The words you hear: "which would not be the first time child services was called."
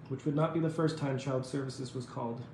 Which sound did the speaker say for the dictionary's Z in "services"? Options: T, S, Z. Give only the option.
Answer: Z